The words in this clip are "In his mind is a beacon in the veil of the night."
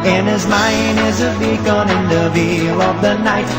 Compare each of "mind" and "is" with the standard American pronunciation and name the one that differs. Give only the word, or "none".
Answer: none